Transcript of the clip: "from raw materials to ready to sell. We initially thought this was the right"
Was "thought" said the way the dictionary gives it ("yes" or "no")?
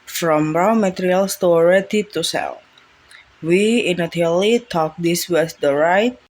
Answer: no